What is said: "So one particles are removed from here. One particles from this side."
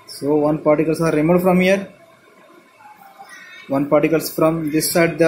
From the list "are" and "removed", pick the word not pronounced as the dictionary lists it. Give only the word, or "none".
removed